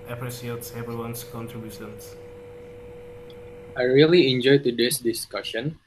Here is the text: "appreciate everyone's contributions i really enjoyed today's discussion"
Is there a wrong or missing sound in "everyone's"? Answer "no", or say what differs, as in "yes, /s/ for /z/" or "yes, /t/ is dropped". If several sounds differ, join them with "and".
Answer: yes, /ɹ/ is dropped and /s/ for /z/